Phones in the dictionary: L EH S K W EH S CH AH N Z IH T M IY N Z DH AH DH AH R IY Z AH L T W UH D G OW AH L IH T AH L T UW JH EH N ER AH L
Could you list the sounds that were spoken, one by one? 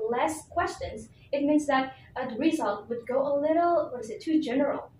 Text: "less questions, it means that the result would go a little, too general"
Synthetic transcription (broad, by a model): L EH S K W EH S CH AH N Z IH T M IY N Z DH AH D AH R IY Z AH L T W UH D G OW AH L IH T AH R T UW JH EH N ER L